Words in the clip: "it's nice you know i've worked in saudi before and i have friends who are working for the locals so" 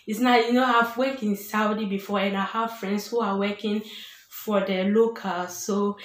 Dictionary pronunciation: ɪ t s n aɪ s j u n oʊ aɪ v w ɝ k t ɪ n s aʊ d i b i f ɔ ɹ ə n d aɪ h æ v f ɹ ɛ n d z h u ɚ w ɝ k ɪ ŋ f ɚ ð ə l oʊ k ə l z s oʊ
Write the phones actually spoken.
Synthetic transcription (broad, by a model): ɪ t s n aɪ j u n oʊ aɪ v w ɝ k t ɪ n s aʊ d i b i f ɔ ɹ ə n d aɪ h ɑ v f ɹ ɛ n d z h u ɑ w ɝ k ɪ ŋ f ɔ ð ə l oʊ k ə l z s oʊ